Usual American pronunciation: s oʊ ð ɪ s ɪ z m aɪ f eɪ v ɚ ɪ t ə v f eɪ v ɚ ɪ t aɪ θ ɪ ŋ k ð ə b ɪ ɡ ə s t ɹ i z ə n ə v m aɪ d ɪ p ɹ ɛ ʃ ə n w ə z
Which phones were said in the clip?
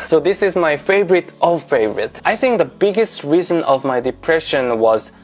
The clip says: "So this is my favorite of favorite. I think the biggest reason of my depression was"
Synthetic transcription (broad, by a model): s oʊ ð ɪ s ɪ z m aɪ f eɪ v ɚ ɪ t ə f eɪ v ɚ ɪ t aɪ θ ɪ ŋ k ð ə b ɪ ɡ ə s t ɹ i z ə n ə v m aɪ d ɪ p ɹ ɛ ʃ ə n w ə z